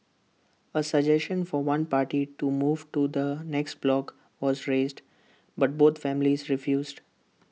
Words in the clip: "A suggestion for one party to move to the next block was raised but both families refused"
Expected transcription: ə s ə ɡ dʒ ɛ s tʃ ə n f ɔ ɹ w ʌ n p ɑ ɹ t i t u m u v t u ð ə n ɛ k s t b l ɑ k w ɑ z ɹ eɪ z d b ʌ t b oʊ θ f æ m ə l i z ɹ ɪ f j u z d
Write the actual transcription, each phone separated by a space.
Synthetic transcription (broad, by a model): ə s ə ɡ dʒ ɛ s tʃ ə n f ɔ ɹ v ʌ n p ɑ ɹ t i t u m u v t u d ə n ɛ k s t b l ɑ k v ɑ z ɹ eɪ z d b ʌ t b oʊ t f æ m ə l i z ɹ ɪ f j u z d